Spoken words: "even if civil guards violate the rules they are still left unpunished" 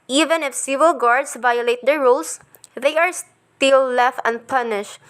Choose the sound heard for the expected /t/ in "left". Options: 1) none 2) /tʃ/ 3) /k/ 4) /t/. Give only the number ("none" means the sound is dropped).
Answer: 4